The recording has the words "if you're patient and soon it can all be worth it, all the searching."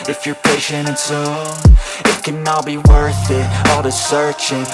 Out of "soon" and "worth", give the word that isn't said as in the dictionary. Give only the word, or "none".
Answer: soon